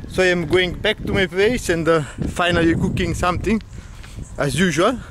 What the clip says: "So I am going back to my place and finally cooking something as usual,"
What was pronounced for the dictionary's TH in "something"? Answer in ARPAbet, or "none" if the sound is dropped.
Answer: T